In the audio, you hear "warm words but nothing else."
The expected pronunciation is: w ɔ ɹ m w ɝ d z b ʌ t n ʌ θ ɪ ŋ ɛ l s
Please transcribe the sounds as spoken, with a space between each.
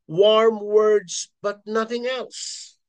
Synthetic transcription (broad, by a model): w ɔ ɹ m w ɝ d z b ʌ t n ʌ θ ɪ ŋ ɛ l s